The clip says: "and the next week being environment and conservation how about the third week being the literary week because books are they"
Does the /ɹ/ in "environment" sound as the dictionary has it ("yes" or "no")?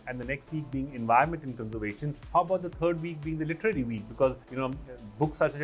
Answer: no